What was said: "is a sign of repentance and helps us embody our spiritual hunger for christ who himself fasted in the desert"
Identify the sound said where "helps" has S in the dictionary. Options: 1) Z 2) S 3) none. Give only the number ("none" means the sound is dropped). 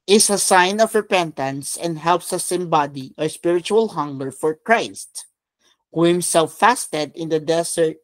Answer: 2